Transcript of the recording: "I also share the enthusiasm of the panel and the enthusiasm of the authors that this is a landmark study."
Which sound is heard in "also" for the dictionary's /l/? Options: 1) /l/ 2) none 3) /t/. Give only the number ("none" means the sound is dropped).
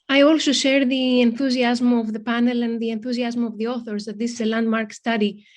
1